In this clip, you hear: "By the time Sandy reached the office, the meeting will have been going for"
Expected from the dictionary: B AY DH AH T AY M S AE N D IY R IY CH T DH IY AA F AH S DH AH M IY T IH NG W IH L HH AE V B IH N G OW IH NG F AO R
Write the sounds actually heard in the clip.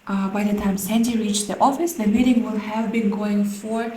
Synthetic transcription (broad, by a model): B AY DH AH T AY M S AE N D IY R IY CH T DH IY AA F AH S DH AH M IY T IH NG W IH L HH AE V B IH N G OW IH NG F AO R